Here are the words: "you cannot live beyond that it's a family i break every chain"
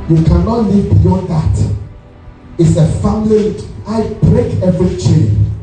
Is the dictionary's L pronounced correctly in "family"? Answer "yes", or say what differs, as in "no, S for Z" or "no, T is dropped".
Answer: no, W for L